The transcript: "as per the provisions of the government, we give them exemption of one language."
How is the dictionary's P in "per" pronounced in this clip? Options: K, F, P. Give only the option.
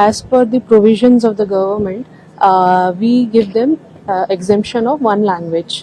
F